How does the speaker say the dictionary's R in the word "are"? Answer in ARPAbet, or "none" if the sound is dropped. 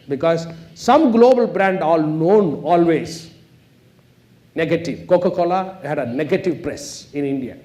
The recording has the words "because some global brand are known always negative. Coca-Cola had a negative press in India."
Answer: L